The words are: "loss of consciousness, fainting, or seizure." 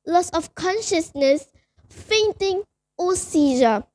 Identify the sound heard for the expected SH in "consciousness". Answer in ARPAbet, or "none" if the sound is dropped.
SH